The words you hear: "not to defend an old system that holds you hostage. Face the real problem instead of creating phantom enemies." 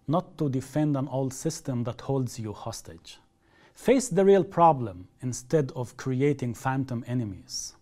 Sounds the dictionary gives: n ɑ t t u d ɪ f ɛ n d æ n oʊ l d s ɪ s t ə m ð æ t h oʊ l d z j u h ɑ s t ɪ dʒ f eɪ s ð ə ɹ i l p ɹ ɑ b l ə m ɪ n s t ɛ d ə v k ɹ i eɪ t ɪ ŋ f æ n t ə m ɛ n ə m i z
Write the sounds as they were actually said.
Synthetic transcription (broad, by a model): n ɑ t t u d ɪ f ɛ n d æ n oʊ l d s ɪ s t ə m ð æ t h oʊ l d z j u h ɑ s t ɪ dʒ f eɪ s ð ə ɹ i l p ɹ ɑ b l ə m ɪ n s t ɛ d ə v k ɹ i eɪ t ɪ ŋ f æ n t ə m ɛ n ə m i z